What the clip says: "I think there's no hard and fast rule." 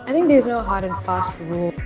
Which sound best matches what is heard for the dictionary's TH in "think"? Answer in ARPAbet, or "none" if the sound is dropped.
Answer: TH